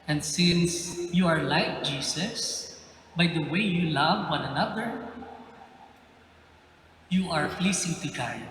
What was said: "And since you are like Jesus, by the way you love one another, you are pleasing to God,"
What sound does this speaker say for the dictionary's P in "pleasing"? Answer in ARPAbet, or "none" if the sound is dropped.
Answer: F